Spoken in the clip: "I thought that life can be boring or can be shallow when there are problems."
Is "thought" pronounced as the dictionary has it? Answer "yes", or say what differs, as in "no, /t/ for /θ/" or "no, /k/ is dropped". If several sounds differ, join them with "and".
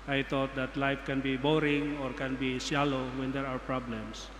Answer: no, /t/ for /θ/